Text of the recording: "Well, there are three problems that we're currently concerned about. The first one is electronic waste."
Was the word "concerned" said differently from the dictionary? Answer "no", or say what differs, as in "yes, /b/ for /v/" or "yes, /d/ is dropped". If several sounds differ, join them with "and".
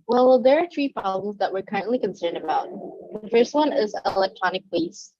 no